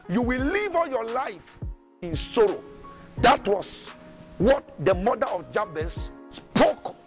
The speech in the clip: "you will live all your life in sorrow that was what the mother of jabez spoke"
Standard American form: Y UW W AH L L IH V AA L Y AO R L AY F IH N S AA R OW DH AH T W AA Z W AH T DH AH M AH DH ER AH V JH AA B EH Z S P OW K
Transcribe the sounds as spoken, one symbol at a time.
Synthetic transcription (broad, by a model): Y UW W AH L L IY V AA L Y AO L AY F IH N S AA R OW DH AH T W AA S W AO T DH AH M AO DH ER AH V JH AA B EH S P OW K